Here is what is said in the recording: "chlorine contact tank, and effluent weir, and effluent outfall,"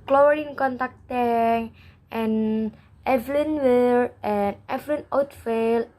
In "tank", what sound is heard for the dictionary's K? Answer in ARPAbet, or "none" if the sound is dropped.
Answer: none